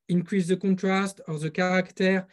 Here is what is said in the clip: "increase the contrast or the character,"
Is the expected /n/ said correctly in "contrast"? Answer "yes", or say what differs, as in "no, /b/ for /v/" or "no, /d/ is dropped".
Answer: no, /n/ is dropped